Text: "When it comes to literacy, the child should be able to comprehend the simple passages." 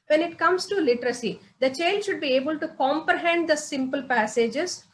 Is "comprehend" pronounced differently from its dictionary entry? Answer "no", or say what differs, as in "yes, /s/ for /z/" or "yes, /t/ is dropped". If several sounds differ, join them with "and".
no